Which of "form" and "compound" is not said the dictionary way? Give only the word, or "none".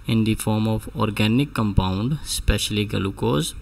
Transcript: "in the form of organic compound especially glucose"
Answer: none